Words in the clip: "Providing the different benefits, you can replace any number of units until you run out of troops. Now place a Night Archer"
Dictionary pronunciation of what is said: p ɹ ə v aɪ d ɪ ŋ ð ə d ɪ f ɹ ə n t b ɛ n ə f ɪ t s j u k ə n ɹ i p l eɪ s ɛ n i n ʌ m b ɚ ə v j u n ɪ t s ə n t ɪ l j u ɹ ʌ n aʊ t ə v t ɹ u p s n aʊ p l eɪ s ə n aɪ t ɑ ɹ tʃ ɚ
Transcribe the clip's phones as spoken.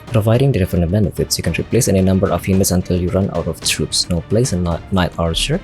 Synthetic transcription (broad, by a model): p ɹ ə v aɪ d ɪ ŋ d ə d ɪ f ə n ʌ b ɛ n ə f ɪ t s j u k ə n ɹ i p l eɪ s ɛ n i n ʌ m b ɚ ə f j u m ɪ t s ə n t ɪ l j u ɹ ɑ n aʊ t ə f t ɹ u p s n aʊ p l eɪ s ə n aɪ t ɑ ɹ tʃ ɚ